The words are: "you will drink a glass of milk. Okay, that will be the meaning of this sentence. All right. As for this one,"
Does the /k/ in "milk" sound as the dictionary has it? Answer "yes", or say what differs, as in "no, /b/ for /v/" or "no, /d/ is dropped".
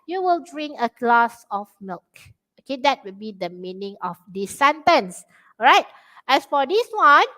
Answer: yes